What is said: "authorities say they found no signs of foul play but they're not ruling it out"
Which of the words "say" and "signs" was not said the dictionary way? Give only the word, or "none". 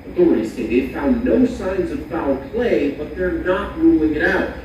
none